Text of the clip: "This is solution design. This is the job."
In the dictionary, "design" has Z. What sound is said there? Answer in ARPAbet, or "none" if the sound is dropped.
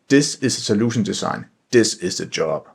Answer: S